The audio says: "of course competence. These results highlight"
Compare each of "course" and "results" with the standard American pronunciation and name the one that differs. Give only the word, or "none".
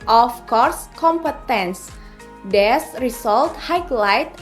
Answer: results